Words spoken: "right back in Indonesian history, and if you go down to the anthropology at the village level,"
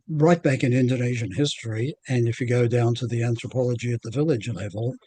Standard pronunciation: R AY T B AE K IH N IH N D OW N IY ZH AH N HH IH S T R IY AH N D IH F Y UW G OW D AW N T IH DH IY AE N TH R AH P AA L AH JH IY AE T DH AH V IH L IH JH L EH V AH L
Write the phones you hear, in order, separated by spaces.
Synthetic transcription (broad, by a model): R AY T B AE K IH N IH N D OW N IY ZH AH N HH IH S T R IY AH N IH F Y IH G OW D AW N T IH DH IY AE N TH R AH P AA L AH JH IY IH T DH AH V IH L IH JH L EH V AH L